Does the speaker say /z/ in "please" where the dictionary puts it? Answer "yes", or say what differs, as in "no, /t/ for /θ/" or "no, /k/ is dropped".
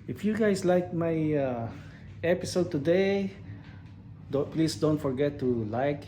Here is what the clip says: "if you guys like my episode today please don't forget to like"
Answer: no, /s/ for /z/